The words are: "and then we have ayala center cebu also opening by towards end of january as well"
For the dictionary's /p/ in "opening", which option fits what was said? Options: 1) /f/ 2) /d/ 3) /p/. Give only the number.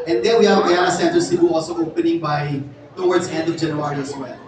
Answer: 3